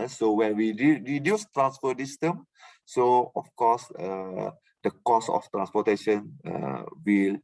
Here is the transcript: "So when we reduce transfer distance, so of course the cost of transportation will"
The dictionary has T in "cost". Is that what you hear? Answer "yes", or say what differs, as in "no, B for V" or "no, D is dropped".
no, T is dropped